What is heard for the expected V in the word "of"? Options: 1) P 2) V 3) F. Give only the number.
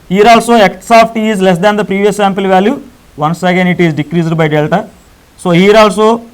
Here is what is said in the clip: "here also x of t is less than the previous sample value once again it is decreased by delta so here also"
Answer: 1